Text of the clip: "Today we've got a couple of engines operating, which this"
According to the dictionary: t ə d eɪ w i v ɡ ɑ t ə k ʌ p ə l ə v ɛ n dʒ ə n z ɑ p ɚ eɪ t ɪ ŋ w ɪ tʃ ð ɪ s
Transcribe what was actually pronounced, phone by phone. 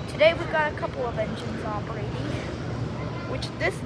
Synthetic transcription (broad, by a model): t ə d eɪ w i v ɡ ɑ t ə k ʌ p ə l ə v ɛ n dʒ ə n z ɑ p ɚ eɪ t ɪ ŋ w ɪ tʃ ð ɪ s